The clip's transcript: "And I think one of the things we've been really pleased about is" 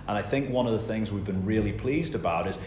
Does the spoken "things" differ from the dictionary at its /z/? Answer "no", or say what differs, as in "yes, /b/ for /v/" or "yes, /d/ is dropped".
no